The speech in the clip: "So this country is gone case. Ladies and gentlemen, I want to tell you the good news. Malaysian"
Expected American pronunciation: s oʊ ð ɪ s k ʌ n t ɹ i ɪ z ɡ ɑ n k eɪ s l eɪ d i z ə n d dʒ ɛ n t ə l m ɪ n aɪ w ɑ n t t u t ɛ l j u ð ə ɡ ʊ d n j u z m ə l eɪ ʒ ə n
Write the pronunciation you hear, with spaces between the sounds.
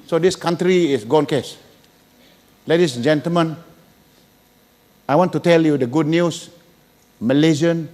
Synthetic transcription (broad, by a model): s oʊ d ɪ s k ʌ n t ɹ i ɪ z ɡ ɑ n k eɪ s l eɪ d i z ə n dʒ ɛ n t ə l m ɪ n aɪ w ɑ n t t u t ɛ l j u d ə ɡ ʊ d n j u s m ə l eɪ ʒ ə n